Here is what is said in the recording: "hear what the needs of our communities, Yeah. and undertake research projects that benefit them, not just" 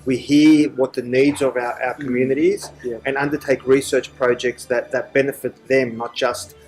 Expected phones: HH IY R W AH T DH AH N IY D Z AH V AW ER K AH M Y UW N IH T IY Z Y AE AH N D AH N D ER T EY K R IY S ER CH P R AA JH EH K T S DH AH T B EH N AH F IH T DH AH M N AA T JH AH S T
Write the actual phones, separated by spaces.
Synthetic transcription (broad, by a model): HH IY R W AH T DH AH N IY D Z AH V AW ER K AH M Y UW N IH T IY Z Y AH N AH N D ER T EY K R IY S ER CH P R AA JH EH K T S DH AH T B EH N AH F IH T DH AH M N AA T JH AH S T